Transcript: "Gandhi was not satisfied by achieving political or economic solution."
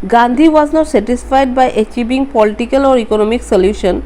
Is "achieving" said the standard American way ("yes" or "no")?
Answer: no